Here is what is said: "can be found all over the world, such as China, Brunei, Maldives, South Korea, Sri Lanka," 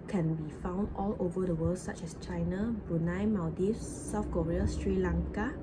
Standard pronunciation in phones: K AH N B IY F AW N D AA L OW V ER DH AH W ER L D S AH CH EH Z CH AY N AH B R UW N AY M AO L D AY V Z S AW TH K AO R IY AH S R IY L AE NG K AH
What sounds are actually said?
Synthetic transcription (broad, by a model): K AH N B IY F AW N D AA L OW V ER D AH W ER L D S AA CH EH S CH AY N AH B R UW N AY M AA D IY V S AW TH K AO R IY AH S R IY L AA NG K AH